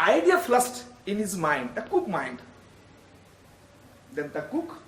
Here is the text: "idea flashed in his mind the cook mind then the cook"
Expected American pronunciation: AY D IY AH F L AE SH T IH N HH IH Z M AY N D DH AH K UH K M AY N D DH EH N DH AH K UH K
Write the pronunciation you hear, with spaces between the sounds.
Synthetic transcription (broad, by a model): AY D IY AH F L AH S T IH N HH IH Z M AY N D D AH K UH K M AY N D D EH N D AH K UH K